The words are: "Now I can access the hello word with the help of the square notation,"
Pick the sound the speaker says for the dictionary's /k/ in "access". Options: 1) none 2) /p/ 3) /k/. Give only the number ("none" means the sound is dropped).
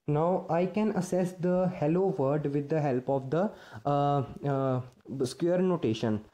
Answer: 1